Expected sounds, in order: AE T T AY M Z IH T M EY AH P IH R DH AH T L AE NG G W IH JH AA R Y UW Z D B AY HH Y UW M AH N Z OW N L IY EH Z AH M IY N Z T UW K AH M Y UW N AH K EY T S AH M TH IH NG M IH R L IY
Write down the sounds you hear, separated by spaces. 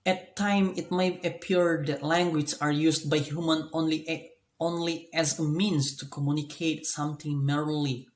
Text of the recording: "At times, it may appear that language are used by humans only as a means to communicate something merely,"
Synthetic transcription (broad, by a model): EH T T AY M IH T M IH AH P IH R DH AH T L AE NG G W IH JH AA R Y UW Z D B AY HH Y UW M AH N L OW N L IY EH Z AH M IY N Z T UW K AH M Y UW N AH K EY T S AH M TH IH NG M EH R L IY